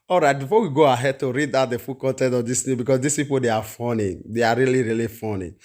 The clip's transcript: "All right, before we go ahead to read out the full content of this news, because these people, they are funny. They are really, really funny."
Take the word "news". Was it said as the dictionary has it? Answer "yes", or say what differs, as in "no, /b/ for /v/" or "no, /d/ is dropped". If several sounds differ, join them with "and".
no, /z/ is dropped